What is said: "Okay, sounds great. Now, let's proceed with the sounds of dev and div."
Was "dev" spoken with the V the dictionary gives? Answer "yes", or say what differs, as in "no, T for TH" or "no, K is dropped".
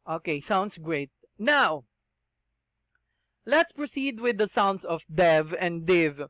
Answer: yes